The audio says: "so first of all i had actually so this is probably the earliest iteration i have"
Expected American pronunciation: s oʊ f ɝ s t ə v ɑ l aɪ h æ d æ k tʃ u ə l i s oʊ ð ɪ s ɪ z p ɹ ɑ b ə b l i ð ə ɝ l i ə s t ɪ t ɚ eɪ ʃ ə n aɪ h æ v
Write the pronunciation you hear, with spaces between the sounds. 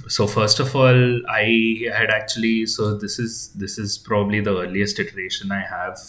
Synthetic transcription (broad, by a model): s oʊ f ɝ s t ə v ɑ l aɪ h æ d æ k tʃ u ə l i s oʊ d ɪ s ɪ z p ɹ ɑ b ə b l i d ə ɝ l i ə s t ɪ t ɚ eɪ ʃ ə n aɪ h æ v